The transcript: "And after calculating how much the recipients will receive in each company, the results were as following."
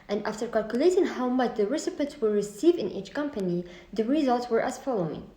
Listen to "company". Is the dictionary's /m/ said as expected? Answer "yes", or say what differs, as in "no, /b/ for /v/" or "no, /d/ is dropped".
yes